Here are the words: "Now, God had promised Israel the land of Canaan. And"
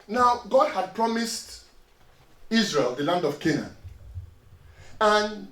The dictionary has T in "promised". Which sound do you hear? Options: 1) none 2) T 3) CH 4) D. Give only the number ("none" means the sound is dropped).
2